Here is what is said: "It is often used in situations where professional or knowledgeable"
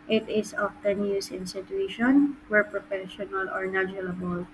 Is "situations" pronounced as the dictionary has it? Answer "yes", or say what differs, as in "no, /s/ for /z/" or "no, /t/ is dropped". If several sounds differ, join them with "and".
no, /z/ is dropped